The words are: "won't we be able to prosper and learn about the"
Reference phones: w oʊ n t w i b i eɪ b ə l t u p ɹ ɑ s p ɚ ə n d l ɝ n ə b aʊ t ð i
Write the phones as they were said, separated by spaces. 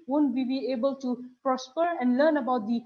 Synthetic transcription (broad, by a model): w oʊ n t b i b i eɪ b ə l t u p ɹ ɑ s p ɚ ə n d l ɝ n ə b aʊ t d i